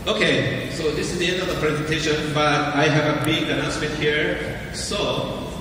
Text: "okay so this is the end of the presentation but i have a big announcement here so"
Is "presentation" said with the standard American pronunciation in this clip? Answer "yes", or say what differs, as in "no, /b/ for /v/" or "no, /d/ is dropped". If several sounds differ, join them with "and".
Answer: yes